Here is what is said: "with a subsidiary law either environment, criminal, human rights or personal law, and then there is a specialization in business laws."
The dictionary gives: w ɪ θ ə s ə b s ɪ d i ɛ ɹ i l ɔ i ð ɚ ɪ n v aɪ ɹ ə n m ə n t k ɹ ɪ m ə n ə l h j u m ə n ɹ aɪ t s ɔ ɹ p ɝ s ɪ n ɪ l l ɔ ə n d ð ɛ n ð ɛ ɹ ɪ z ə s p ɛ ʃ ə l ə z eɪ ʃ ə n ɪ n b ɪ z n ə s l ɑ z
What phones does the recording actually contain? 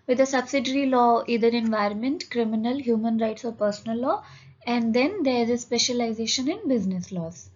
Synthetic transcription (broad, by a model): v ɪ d ə s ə b s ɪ d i ɹ i l ɔ i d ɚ ɪ n v aɪ ɹ ə n m ə n t k ɹ ɪ m ə n ə l h j u m ə n ɹ aɪ t s ɔ ɹ p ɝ s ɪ n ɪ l l ɔ ə n d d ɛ n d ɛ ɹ ɪ z ə s p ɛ ʃ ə l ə z eɪ ʃ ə n ɪ n b ɪ z n ə s l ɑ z